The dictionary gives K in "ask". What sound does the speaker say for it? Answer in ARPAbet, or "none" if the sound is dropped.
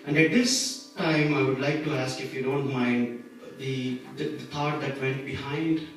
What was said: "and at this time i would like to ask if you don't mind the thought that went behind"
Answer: K